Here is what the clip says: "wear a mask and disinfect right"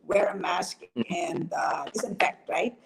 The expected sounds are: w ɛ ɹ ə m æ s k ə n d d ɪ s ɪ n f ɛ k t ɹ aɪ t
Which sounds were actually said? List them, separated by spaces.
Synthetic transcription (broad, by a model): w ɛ ɹ ə m æ s k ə n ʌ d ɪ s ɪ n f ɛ k t ɹ aɪ t